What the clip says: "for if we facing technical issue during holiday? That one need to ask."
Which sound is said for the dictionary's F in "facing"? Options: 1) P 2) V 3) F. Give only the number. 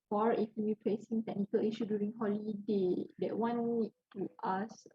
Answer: 1